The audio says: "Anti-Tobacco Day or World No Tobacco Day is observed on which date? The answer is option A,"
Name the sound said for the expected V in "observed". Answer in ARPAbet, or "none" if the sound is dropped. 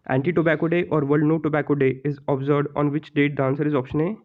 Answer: none